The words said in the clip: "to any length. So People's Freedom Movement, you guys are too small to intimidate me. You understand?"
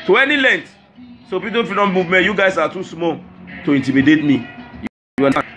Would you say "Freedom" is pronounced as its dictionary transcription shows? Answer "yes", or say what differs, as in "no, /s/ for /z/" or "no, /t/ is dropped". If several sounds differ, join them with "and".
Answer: no, /ɹ/ is dropped